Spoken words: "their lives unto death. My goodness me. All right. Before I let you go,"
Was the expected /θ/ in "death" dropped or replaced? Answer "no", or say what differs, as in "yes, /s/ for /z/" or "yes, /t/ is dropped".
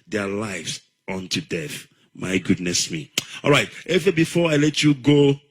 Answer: no